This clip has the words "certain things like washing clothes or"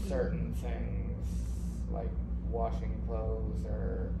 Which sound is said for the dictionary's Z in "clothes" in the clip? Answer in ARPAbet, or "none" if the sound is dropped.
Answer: Z